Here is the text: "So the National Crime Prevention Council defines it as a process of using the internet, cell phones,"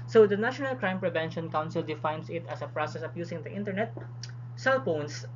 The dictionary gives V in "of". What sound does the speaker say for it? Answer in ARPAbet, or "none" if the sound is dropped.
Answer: P